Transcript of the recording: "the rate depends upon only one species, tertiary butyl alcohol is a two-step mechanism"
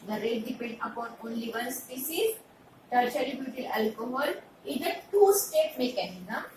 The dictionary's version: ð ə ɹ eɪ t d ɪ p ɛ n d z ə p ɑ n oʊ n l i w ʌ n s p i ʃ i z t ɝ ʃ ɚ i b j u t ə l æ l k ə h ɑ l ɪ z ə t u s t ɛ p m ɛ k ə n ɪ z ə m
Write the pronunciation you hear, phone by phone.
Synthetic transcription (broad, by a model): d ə ɹ eɪ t d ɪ p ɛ n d ə p ɑ n oʊ n l i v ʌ n s p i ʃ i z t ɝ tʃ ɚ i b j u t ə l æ l k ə h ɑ l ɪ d ə t u s t ɛ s m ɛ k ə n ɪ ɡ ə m